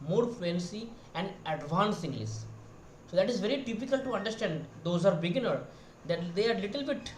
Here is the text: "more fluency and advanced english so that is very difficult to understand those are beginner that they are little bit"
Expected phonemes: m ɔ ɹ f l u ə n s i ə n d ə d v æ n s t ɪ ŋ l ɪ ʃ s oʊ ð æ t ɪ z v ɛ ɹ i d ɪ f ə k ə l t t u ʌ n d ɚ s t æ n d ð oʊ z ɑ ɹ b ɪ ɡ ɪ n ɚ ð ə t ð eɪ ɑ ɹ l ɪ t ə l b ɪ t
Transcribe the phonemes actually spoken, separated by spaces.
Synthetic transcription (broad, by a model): m ɔ ɹ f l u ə n s i ə n d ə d v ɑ n s ɪ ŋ l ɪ s s oʊ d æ t ɪ z v ɛ ɹ i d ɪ p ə k ə l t t u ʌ n d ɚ s t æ n d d oʊ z ɑ ɹ b ɪ ɡ ɪ n ɚ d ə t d eɪ ɑ ɹ l ɪ t ə l b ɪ t